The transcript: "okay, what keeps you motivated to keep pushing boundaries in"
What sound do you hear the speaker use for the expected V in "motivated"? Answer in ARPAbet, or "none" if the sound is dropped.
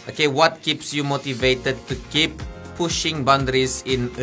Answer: V